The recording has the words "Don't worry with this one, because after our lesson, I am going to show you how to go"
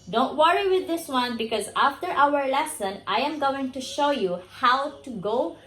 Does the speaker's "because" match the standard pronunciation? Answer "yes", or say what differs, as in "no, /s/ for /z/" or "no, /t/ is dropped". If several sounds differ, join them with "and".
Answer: yes